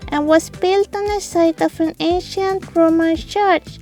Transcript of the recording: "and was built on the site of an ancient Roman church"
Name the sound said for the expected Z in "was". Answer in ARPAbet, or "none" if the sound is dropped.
S